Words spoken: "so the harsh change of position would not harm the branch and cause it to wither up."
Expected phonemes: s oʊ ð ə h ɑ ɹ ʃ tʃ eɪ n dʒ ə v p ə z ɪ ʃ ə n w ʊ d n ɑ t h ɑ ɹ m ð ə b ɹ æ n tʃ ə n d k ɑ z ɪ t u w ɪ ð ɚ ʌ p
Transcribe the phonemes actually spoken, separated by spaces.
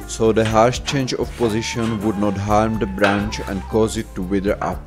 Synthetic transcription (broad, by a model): s oʊ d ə h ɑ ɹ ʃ tʃ eɪ n dʒ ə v p ə z ɪ ʃ ə n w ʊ d n ɑ t h ɑ ɹ m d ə b ɹ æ n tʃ ə n d k ɑ z ɪ t u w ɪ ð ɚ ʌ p